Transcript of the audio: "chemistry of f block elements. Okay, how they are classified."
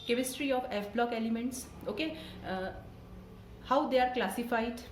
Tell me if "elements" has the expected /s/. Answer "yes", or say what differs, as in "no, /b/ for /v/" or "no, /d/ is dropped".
yes